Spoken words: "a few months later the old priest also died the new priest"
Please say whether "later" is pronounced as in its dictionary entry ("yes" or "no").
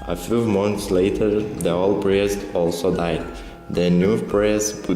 yes